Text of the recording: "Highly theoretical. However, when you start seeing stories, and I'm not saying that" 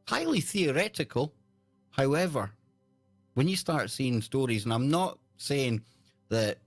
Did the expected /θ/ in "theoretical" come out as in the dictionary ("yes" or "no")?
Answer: yes